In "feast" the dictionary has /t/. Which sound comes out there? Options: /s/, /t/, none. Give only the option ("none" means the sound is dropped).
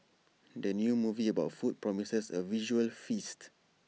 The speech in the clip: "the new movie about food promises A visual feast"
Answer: /t/